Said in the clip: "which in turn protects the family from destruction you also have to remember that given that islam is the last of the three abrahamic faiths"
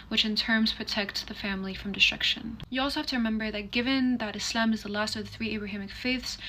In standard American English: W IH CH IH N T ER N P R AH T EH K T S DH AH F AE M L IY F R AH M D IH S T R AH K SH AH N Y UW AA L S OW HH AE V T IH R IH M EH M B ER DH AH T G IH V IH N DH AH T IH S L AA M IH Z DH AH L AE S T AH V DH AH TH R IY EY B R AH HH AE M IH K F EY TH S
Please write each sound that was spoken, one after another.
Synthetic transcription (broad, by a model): W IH CH IH N T ER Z P R AH T EH K T S DH AH F AE M L IY F R AH M D IH S T R AH K SH AH N Y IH AA L S OW HH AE F T IH R IH M EH M B ER DH AH T G IH V IH N DH AH T IH S L AA M IH Z DH AH L AE S T AH V DH AH TH R IY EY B R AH HH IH M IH K F EY TH S